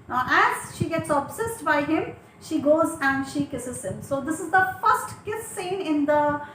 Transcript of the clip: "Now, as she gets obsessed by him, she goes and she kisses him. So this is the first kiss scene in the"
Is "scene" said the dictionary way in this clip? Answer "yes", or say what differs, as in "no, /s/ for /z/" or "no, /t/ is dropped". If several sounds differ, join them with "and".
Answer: yes